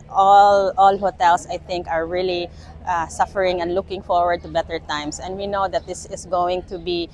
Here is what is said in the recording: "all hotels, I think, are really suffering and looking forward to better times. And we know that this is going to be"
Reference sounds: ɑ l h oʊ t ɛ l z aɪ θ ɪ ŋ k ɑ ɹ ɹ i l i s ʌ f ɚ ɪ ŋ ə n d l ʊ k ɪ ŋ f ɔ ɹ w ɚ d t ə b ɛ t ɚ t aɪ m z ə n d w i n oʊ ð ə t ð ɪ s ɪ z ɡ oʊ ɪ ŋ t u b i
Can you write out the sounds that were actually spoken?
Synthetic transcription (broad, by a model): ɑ l h oʊ t ɛ l s aɪ θ ɪ ŋ k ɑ ɹ ɹ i l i s ʌ f ɚ ɪ ŋ ə n d l ʊ k ɪ ŋ f ɔ ɹ w ɚ d t ə b ɛ t ɚ t aɪ m s ə n d w i n oʊ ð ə t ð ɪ s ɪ s ɡ oʊ ɪ ŋ t u b i